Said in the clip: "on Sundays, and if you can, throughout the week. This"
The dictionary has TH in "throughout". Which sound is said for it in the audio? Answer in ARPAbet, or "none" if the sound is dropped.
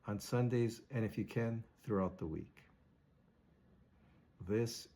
TH